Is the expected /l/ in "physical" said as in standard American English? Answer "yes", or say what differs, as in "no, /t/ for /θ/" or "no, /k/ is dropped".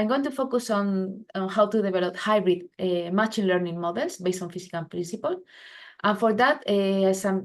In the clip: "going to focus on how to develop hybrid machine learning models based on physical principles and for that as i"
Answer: no, /n/ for /l/